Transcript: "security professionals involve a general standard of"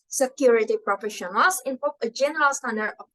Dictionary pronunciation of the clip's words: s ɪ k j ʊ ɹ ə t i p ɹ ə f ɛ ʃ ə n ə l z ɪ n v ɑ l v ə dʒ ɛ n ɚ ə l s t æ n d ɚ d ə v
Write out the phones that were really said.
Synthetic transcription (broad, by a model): s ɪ k j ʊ ɹ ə t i p ɹ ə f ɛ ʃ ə n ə l s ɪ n p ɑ v ə dʒ ɛ n ɚ ə l s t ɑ n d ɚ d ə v